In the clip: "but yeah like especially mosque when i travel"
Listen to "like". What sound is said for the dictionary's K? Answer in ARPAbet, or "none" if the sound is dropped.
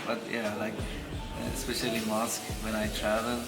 K